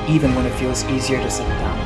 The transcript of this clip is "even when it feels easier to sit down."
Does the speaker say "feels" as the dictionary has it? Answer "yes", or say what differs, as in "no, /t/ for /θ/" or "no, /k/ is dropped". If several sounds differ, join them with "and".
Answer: yes